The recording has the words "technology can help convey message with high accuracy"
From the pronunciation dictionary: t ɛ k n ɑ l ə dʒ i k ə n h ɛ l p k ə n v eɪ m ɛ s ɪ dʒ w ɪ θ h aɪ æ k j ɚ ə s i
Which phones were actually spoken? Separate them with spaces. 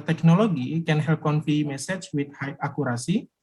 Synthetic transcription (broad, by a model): t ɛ k n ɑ l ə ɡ i k ə n h ɛ l p k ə n f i m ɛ s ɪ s w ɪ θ h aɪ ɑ k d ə s i